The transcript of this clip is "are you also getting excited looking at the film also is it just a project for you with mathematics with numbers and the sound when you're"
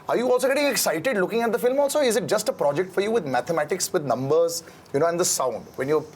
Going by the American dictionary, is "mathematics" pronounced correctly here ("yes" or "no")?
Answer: no